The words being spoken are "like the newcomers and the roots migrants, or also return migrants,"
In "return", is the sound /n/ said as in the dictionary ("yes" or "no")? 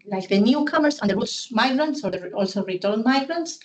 no